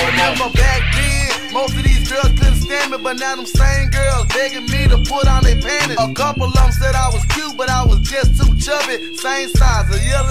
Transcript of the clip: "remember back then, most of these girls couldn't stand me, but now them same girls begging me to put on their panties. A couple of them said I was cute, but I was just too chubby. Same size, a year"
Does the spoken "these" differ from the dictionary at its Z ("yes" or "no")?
no